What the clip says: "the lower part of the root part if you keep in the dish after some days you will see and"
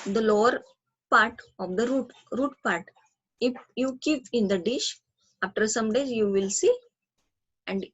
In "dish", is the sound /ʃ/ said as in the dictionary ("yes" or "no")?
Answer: yes